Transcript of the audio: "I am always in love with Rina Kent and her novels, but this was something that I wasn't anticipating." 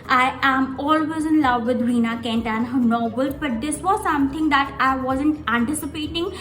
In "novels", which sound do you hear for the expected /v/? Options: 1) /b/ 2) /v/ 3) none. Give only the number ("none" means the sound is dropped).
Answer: 1